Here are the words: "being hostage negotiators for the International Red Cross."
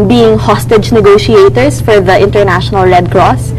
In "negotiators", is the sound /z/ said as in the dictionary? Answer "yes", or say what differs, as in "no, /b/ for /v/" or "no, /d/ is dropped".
no, /s/ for /z/